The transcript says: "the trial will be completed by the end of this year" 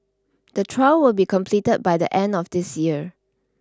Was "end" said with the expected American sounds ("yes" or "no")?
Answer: yes